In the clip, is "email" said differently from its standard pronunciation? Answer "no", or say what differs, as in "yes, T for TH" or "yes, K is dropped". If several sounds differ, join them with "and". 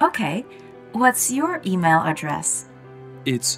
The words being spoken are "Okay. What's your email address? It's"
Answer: no